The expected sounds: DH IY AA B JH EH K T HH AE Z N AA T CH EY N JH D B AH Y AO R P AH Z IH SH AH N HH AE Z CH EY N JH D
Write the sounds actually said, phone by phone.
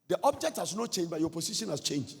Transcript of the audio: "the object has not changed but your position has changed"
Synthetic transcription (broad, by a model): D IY AA B JH EH K T HH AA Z N AA T CH EY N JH B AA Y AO P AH S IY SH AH N HH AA S CH EY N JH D